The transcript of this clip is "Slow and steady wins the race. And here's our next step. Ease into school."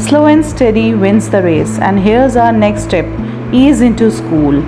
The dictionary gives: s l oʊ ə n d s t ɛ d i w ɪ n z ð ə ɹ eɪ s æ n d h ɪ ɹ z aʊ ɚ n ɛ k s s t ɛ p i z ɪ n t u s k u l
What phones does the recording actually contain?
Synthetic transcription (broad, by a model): s l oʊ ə n s t ɛ d i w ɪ n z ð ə ɹ eɪ s æ n d h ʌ ɹ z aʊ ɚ n ɛ k s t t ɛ p i z ɪ n t u s k u l